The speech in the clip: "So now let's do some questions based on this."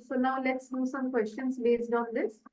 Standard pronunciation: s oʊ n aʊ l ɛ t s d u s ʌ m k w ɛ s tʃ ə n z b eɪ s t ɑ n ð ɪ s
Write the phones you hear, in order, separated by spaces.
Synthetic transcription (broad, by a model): s oʊ n aʊ l ɛ t s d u s ʌ m k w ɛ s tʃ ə n s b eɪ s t ɑ n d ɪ s